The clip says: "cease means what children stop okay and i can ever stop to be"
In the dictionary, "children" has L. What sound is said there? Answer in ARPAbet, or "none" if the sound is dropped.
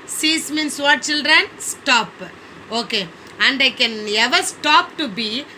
L